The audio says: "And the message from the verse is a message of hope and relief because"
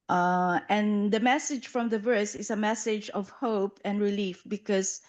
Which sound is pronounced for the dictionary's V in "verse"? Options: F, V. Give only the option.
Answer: V